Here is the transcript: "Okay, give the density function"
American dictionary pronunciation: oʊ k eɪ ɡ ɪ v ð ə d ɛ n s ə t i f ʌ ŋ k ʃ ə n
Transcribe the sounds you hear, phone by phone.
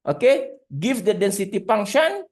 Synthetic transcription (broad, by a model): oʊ k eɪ ɡ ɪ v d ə d ɛ n s ə t i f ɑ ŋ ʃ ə n